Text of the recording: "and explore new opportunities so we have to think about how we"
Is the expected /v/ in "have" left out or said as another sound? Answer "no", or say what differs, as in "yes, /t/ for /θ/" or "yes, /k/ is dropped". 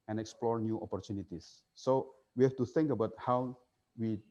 yes, /f/ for /v/